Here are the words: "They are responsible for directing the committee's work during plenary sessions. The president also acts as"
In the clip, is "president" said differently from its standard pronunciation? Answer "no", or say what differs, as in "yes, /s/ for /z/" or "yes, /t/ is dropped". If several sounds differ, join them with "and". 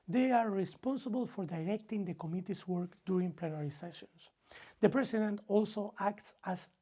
yes, /s/ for /z/